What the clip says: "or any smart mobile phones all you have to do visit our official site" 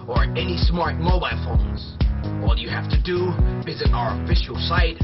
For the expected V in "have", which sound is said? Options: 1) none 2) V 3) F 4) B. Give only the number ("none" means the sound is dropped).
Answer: 3